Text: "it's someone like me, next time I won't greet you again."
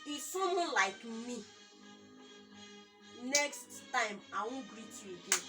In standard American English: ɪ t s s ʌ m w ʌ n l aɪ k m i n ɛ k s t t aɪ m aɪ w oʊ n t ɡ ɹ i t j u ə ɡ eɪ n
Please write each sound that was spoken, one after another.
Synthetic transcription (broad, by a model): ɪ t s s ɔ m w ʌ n l aɪ k m i n ɛ k s t t aɪ m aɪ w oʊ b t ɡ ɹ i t j u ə ɡ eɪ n